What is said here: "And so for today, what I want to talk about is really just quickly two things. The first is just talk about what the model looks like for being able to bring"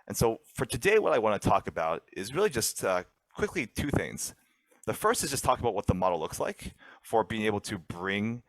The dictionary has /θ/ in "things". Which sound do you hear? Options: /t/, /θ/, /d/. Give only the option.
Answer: /θ/